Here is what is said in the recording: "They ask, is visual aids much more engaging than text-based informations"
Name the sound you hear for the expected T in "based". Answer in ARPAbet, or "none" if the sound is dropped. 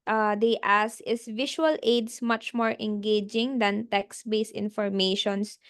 none